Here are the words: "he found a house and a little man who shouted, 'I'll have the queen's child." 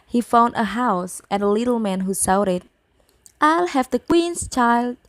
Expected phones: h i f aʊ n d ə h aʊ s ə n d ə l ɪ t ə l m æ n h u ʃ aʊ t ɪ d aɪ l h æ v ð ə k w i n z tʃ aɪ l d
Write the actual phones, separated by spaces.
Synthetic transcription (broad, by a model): h i f aʊ n d ə h aʊ s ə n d ə l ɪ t l m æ n h u s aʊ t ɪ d aɪ l h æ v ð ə k w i n s tʃ aɪ l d